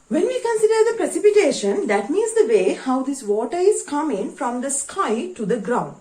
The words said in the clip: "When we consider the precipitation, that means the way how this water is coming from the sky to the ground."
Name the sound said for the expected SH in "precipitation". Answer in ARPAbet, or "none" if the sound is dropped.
SH